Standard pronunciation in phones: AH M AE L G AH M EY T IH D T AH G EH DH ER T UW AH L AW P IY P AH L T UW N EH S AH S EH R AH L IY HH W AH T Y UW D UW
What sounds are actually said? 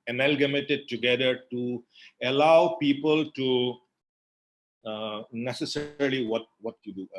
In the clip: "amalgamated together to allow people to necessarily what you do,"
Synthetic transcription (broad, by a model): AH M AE L G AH M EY T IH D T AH G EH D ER T UW AH L AW P IY P AH L T UW N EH S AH S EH R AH W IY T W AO T Y UW D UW